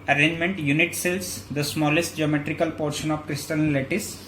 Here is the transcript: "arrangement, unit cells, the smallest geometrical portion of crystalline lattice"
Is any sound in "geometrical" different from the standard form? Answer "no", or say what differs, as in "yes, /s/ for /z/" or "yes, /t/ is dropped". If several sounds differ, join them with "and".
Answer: no